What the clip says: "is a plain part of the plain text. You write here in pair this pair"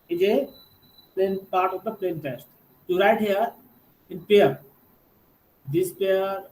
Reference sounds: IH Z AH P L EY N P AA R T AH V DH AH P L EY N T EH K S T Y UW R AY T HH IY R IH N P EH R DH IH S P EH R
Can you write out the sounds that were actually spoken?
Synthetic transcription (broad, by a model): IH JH AH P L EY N P AA R T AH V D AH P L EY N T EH S T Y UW R AY T HH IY R IH N P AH R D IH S P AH R